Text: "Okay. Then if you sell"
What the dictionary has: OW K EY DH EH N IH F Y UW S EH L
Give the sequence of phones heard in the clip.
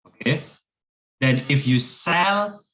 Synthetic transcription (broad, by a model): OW K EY DH EH N IH F Y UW S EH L